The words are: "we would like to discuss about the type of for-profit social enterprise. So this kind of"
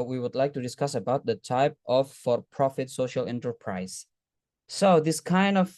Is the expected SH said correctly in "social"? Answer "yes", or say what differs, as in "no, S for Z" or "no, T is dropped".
yes